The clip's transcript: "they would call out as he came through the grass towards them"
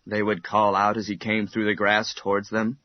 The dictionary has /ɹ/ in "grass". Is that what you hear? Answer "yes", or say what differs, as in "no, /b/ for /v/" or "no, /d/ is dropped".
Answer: yes